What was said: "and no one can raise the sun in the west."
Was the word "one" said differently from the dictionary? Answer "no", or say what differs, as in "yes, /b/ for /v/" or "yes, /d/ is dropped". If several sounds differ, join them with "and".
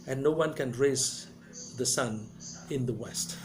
no